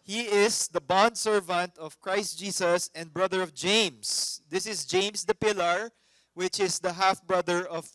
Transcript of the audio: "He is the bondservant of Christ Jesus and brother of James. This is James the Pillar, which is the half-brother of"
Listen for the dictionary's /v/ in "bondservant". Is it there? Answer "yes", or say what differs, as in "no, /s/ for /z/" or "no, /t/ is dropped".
yes